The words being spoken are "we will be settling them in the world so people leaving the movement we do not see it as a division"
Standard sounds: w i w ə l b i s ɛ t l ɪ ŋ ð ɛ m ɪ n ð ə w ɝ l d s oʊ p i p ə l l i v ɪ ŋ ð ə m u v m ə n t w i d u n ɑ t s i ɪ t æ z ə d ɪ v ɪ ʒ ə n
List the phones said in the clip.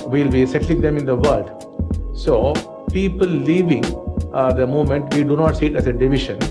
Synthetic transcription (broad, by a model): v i l b i s ɛ t l ɪ ŋ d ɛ m ɪ n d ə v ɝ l d s oʊ p i p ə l l i v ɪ ŋ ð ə m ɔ m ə n t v i d u n ɑ t s i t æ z ə d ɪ v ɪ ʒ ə n